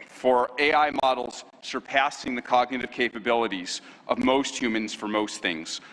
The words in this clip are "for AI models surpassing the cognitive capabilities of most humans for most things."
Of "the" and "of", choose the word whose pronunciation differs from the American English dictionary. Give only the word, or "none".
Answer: none